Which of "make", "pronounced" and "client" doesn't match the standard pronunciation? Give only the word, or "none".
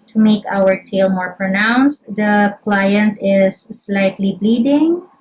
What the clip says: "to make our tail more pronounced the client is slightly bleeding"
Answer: none